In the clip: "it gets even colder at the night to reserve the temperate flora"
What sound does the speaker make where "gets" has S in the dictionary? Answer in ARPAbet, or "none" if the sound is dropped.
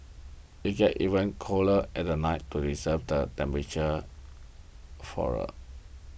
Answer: none